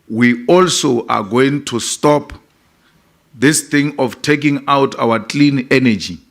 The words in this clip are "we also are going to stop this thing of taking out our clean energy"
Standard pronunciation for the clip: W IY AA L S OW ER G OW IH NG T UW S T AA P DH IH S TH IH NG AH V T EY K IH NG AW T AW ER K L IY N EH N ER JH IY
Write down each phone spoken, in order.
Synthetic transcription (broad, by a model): W IY AA L S OW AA G OW IH NG T UW S T AA P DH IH S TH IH NG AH F T EY K IH NG AW T AW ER K L IY N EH N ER JH IY